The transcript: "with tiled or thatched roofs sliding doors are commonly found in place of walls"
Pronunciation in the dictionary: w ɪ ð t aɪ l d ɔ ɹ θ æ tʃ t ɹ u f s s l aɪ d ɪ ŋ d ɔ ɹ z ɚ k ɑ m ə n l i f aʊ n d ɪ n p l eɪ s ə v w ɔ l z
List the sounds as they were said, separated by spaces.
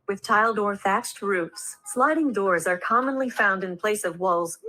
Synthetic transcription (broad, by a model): w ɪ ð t aɪ l d ɔ ɹ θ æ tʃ t ɹ u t s s l aɪ d ɪ ŋ d ɔ ɹ z ɚ k ɑ m ə n l i f aʊ n d ɪ n p l eɪ s ə v w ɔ l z